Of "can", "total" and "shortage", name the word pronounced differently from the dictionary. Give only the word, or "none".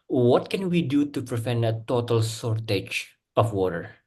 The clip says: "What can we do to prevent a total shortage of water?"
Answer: shortage